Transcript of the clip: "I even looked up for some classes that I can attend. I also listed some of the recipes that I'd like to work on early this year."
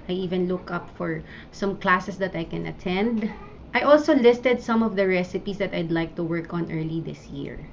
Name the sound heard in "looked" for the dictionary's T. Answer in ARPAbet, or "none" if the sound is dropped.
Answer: none